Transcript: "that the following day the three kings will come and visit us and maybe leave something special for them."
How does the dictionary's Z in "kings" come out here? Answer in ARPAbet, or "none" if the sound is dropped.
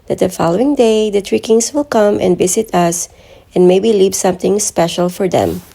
S